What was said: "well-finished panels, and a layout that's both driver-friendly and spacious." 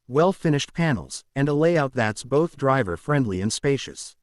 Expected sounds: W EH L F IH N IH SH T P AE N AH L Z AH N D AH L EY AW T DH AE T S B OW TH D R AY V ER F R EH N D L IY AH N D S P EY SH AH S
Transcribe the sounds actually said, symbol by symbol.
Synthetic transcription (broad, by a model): W EH L F IH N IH SH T P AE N L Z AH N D AH L EY AW T DH AE T S B OW TH D R AY V ER F R EH N D L IY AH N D S P EY SH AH S